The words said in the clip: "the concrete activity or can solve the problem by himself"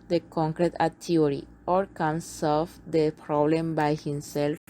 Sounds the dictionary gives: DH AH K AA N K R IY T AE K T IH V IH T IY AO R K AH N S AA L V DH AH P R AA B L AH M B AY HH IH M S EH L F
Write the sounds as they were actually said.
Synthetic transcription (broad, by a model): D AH K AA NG K R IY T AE T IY IH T IY AO R K AH N S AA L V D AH P R AA B L AH M B AY HH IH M S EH L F